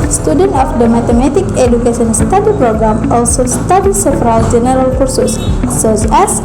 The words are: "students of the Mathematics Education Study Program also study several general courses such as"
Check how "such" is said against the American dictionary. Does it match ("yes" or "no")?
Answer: no